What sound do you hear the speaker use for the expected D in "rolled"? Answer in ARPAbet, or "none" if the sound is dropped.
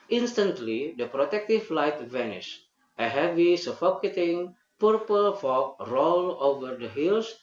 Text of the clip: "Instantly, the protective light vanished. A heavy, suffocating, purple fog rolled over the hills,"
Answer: none